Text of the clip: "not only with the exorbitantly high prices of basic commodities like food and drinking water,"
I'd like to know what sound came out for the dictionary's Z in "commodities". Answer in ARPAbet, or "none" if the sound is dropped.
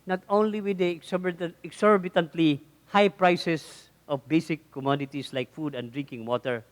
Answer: S